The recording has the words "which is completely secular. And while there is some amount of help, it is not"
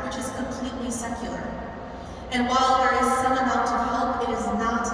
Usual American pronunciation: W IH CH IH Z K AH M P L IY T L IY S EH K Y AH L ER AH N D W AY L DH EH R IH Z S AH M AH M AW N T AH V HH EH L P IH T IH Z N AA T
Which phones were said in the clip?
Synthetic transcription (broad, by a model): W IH CH IH Z K AH M P L IY T L IY S EH K Y L ER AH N W AY L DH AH R IH Z S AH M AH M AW T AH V HH EH L P IH T IH Z N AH T